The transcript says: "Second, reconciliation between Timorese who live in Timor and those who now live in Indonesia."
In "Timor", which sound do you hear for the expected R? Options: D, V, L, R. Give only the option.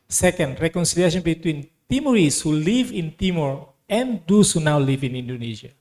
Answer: R